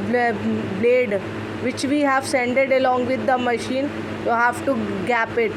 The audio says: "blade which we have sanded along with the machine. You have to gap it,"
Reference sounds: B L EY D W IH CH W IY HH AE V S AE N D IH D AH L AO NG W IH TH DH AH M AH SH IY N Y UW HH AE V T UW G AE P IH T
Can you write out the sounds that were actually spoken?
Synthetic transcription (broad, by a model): B L EY D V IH CH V IY HH AE V S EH N D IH D AH L AO NG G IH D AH M AH SH IY N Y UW HH AE V T UW G AE P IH T